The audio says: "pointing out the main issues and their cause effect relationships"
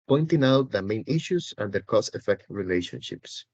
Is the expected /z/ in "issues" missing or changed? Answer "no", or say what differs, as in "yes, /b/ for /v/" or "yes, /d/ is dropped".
yes, /s/ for /z/